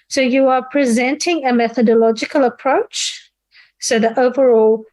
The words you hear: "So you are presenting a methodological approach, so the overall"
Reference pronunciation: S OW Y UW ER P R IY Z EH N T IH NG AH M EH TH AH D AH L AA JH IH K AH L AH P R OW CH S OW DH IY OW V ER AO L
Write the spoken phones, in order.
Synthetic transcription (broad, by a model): S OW Y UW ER P R IY Z EH N T IH NG AH M EH TH AH D AH L AA JH IH K AH L AH P R OW CH S OW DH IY OW V ER AO L